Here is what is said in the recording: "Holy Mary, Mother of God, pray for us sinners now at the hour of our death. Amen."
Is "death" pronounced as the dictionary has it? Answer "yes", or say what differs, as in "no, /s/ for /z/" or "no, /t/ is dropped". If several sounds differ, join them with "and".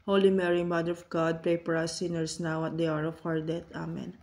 no, /t/ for /θ/